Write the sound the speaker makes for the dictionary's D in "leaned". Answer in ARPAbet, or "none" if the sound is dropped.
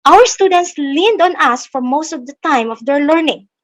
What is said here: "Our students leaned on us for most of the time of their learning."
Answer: D